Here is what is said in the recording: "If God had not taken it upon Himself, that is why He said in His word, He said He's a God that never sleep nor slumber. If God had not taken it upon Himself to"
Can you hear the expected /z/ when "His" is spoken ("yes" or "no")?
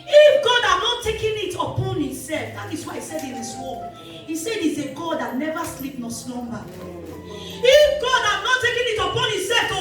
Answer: no